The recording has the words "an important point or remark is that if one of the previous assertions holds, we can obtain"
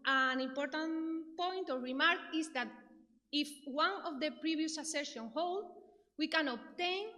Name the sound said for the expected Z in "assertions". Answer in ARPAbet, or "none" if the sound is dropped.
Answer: none